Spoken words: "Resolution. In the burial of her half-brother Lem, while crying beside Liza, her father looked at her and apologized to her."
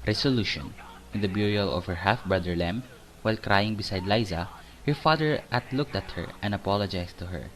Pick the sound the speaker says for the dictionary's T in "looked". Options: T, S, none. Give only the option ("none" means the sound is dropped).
T